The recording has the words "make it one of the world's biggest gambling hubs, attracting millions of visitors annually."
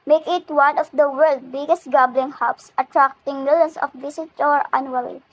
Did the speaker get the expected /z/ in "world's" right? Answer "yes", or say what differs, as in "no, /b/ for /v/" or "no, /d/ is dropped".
no, /z/ is dropped